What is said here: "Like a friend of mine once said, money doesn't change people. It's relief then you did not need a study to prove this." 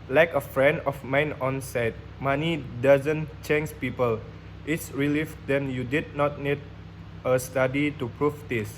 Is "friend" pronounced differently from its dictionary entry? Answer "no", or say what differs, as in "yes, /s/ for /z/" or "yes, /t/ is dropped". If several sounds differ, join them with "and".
no